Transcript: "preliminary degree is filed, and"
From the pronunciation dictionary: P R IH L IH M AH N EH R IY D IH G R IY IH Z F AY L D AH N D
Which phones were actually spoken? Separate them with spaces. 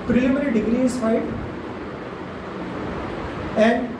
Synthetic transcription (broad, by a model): P R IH L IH M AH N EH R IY D IH G R IY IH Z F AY D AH N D